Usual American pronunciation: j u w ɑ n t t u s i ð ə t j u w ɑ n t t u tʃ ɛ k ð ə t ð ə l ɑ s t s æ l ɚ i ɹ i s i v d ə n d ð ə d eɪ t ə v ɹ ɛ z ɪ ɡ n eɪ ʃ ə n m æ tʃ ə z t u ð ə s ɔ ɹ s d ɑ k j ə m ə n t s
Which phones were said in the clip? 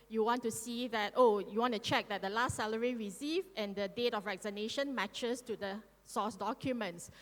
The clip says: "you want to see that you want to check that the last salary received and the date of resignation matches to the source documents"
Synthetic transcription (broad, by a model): j u w ɑ n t t u s i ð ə t j u w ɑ n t t u tʃ ɛ k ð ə t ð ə l ɑ s t s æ l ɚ i ɹ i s i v ə n d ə d eɪ t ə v ɹ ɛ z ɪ n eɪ ʃ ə n m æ tʃ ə s t u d ə s ɔ s d ɑ k j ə m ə n t s